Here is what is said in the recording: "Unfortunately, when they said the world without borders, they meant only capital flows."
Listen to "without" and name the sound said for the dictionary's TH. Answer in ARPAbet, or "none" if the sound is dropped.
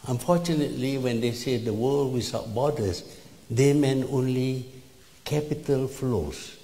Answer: S